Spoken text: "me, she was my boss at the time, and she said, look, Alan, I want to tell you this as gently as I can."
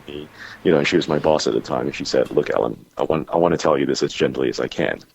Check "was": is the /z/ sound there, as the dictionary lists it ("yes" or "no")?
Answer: yes